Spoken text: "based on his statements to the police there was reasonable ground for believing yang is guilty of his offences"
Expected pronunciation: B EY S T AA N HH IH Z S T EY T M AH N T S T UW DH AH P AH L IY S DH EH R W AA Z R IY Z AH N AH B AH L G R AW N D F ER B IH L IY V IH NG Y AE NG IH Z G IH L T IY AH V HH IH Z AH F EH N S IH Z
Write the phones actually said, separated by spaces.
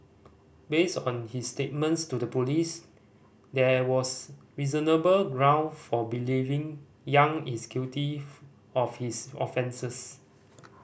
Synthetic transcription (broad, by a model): B EY S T AA N HH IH S T EY T M AH N T S T UW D AH P AH L IY S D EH W AA S R IY Z AH N AH B AH L G R AW N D F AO B IH L IY V IH NG Y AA NG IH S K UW T IY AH F HH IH S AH F EH N S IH S